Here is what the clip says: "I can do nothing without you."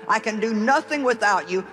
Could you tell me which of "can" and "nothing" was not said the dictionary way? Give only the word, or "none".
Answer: none